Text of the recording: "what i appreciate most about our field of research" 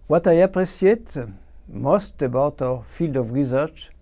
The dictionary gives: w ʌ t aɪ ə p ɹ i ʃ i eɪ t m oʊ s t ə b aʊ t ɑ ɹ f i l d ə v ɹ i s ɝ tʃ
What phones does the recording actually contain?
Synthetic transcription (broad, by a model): w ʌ t aɪ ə p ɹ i s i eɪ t m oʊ s t ə b aʊ t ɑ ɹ f i l d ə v ɹ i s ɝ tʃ